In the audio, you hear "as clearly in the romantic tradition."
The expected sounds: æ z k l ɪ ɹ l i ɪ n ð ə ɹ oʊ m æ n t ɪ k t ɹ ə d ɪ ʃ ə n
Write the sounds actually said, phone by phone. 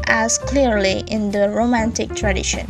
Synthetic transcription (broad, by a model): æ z k l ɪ ɹ l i ɪ n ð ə ɹ oʊ m æ n t ɪ k t ɹ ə d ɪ ʃ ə n